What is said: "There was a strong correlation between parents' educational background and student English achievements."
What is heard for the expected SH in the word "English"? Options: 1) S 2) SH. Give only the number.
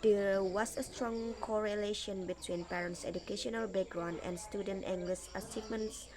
1